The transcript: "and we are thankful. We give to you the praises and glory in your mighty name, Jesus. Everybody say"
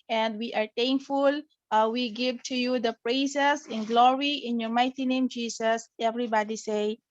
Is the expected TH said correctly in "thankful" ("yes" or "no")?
no